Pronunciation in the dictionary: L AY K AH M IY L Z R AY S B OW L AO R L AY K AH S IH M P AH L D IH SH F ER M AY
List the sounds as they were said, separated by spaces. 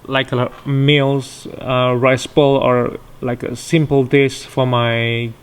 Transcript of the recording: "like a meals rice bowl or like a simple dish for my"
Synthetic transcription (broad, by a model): L AY K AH M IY L S R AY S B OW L AO R L AY K AH S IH M P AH L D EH S F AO M AY